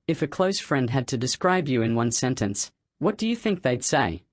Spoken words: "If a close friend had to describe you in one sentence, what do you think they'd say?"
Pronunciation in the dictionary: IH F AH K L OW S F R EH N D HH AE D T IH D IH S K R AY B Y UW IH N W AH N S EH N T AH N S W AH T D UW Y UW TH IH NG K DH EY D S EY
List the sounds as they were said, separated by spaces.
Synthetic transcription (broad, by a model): IH F AH K L OW S F R EH N D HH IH D T IH D IH S K R AY B Y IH IH N W AH N S EH N T AH N S W AH T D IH Y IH TH IH NG K DH EY D S EY